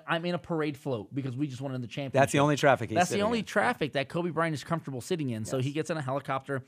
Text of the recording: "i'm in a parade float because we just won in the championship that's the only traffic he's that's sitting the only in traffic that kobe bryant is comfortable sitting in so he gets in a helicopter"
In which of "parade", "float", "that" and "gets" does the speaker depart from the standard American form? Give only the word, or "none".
none